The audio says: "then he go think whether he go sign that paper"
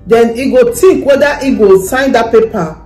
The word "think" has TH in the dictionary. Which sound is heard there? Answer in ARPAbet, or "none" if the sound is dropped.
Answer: T